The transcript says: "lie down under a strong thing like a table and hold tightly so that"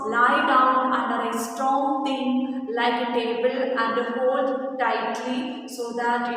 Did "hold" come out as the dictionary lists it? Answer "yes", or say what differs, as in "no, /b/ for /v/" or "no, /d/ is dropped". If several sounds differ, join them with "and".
no, /l/ is dropped